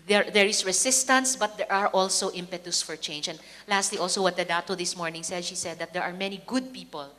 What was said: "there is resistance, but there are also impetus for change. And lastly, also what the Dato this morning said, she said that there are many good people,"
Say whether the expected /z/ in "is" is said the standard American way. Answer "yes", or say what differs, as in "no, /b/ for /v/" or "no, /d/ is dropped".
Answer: no, /s/ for /z/